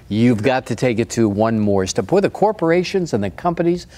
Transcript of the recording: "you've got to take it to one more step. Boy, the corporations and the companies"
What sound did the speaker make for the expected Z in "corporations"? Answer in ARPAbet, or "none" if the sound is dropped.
Z